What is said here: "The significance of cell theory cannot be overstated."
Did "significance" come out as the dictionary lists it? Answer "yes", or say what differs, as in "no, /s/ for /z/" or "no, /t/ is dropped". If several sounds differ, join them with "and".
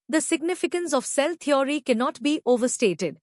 yes